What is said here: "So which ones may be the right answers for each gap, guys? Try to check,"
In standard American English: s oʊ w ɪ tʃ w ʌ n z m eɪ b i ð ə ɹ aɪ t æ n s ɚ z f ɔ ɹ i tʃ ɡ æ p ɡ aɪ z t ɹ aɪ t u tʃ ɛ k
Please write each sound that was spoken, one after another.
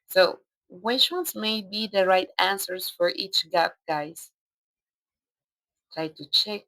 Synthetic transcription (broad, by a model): s oʊ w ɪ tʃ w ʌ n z m eɪ b i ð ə ɹ aɪ t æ n s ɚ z f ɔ ɹ i tʃ ɡ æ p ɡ aɪ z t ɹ aɪ t u tʃ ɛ k